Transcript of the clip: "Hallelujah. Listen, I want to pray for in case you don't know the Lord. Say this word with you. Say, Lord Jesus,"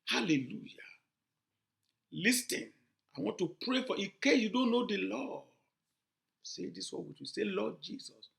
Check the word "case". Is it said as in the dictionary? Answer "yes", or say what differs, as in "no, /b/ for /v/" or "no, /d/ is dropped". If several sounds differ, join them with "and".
no, /s/ is dropped